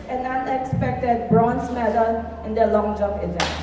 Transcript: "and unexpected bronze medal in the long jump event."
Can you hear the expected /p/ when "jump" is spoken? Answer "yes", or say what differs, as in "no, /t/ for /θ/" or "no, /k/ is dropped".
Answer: no, /p/ is dropped